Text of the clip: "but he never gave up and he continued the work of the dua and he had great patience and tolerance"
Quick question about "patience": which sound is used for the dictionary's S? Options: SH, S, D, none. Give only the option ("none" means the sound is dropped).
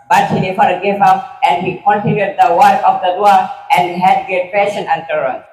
none